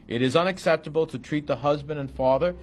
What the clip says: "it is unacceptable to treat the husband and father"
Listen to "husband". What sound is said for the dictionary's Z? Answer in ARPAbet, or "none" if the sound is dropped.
Z